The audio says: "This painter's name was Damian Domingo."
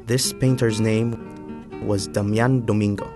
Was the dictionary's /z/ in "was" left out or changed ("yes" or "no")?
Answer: no